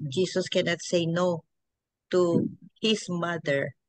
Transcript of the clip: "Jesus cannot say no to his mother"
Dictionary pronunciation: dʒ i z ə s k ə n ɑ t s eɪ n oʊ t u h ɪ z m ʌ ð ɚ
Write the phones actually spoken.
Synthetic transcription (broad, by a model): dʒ i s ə s k ə n ɑ t s eɪ n oʊ t u h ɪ s m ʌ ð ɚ